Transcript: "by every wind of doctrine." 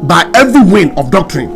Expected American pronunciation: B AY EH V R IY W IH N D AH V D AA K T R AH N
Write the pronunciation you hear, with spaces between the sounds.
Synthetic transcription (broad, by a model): B AY EH V R IY W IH N AH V D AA K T R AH N